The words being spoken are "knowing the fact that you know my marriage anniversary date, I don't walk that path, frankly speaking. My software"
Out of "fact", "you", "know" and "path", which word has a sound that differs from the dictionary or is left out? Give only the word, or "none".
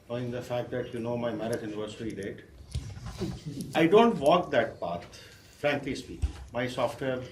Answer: path